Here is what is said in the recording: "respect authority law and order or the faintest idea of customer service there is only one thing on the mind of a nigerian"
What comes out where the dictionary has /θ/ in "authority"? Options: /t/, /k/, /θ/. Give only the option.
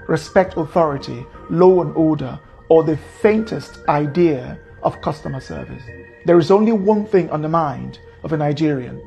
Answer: /θ/